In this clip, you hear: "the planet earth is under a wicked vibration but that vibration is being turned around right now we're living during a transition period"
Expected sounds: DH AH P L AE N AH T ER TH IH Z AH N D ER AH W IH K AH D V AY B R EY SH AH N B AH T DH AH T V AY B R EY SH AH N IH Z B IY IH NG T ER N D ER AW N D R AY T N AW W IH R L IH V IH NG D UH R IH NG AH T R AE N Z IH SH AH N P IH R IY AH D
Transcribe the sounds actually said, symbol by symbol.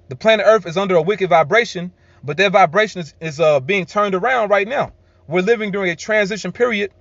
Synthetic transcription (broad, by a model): DH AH P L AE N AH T ER TH IH Z AH N D ER AH W IH K AH D V AY B R EY SH AH N B AH T DH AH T V AY B R EY SH AH N IH Z B IY IH NG T ER N D ER AW N D R AY T N AW W IH R L IH V IH NG D UH R IH NG AH T R AE N Z IH SH AH N P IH R IY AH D